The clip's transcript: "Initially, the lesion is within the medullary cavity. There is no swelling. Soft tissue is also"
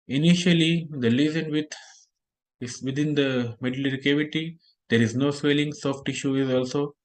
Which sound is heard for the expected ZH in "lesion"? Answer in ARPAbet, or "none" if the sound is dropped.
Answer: Z